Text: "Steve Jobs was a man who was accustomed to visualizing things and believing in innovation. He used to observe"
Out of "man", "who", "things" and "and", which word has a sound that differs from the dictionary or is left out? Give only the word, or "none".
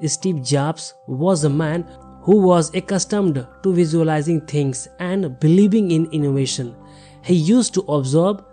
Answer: things